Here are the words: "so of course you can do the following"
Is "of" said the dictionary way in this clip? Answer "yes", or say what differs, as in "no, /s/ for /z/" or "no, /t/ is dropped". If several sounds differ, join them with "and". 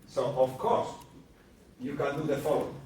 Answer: no, /f/ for /v/